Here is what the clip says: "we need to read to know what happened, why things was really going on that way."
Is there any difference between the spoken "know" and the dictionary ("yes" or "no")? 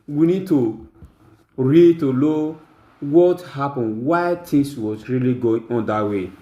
yes